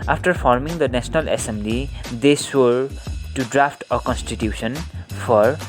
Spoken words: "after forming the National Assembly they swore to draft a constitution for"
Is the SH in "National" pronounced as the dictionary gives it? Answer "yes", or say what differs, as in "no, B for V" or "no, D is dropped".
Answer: no, S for SH